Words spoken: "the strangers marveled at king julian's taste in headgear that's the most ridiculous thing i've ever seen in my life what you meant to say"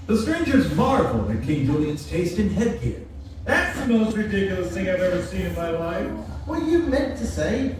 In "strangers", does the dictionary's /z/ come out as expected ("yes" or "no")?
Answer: yes